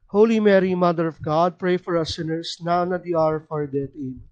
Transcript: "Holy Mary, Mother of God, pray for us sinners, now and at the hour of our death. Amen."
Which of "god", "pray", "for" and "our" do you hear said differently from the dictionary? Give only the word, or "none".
none